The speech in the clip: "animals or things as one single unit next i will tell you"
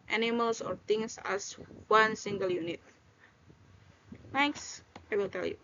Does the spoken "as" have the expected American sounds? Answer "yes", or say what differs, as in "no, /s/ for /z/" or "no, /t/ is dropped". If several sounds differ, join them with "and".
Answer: no, /s/ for /z/